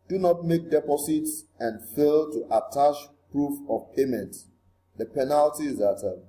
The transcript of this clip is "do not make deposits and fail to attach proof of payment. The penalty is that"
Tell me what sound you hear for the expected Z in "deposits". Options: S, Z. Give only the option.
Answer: S